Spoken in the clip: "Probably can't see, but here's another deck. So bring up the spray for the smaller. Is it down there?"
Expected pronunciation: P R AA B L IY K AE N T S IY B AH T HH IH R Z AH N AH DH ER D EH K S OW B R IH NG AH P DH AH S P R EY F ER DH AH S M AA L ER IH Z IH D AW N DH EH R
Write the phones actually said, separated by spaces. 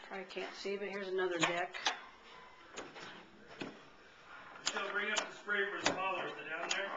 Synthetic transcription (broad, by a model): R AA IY K AE N T S IY B AH T HH IH R Z AH N AH DH ER D EH K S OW B R IH NG AH P DH AH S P R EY F ER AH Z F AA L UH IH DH IH D AW N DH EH R